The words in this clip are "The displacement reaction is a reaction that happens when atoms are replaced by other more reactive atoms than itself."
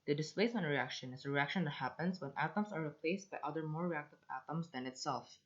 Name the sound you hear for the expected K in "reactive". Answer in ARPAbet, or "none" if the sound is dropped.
K